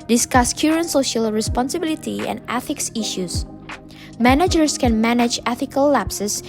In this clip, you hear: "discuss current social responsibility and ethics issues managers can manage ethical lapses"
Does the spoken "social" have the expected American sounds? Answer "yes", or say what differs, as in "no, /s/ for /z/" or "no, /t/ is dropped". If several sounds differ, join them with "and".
yes